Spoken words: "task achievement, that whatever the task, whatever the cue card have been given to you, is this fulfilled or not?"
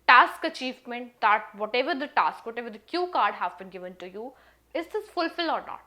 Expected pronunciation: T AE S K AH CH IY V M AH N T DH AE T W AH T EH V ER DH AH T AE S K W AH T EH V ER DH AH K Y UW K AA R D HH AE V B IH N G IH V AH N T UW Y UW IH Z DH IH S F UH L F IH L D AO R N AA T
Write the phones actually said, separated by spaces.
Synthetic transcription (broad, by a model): T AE S K AH CH IY V M AH N T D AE T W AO T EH V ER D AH T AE S K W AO T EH V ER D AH K Y UW K AA R D HH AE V B IH N G IH V AH N T UW Y UW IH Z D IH S F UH L F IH L AO R N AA T